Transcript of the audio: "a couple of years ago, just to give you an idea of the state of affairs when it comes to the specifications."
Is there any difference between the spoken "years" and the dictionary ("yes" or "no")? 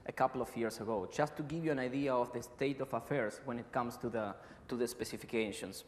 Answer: yes